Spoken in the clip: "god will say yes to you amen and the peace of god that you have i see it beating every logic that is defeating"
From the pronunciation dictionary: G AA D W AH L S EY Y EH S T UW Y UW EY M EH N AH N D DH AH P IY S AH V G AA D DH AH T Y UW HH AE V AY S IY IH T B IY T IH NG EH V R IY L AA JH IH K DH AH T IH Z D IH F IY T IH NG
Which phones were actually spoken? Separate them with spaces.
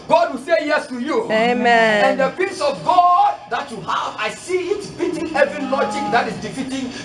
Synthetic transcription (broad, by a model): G AA D W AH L S EY Y EH S T UW Y UW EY M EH AH N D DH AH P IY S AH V G AA D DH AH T Y UW HH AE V AY S IY IH T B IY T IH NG EH V R IY L AA JH IH K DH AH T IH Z D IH F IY T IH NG